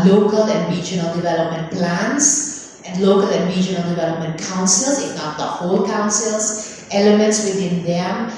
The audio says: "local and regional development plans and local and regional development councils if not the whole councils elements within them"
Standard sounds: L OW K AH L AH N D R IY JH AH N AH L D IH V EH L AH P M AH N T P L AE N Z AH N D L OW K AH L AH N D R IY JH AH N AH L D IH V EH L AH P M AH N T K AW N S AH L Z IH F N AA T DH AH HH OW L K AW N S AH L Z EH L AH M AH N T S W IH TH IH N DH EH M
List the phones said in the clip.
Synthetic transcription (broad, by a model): L OW K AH L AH N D R IY JH AH N AH L D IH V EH L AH P M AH N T P L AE N S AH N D L OW K AH L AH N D R IY JH AH N AH L D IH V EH L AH P M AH N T K AW N S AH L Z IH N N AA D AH HH OW L K AW N S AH L S EH L AH M AH N T S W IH T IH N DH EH M